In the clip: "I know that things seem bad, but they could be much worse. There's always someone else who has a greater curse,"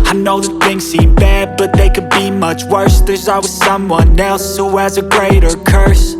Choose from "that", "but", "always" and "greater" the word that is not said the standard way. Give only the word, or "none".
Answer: always